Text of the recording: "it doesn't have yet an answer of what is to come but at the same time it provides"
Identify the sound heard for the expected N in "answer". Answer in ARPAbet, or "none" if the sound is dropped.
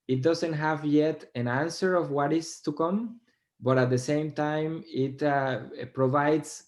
N